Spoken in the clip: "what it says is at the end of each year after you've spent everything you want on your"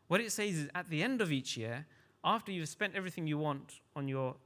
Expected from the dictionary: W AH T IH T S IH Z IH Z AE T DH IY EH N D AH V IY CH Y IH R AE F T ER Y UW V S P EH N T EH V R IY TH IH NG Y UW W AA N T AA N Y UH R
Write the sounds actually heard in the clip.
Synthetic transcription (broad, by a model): W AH T IH T S IH Z IH Z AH T DH IY EH N D AH V IY CH Y IH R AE F T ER Y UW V S P EH N T EH V R IY TH IH NG Y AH W AA N T N Y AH R